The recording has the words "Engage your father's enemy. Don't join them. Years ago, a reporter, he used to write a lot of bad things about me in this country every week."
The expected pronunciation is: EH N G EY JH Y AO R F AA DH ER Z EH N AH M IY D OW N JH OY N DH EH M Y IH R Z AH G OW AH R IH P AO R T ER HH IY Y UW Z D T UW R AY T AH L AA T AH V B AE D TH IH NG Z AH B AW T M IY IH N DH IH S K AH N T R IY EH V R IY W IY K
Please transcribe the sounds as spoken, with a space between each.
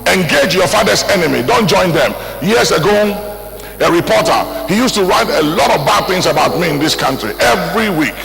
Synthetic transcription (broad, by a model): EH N G EY JH Y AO F AA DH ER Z EH N AH M IY D OW N JH OY N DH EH M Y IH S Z AH G OW AH R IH P AO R T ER HH IY Y UW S T UW R AY T AH L AA T AH V B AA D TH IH NG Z AH B AW T M IY IH N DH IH S K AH N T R IY EH V R IY W IY K